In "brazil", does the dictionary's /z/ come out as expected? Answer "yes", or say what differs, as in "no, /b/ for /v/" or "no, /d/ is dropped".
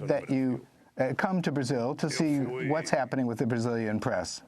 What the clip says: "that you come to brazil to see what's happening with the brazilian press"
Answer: yes